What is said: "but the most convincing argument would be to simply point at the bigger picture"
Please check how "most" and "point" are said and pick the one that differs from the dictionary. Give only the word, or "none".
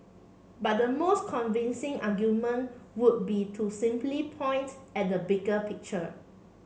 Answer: none